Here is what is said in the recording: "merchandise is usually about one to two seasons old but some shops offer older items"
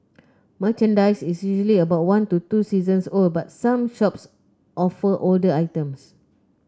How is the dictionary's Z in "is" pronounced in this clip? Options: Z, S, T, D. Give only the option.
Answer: S